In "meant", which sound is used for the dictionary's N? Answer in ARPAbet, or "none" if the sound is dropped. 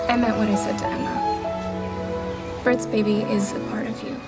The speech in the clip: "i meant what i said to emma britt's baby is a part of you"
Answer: none